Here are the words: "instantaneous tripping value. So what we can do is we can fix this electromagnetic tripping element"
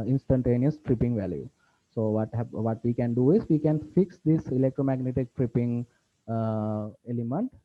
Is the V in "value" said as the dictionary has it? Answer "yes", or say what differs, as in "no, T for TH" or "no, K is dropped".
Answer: yes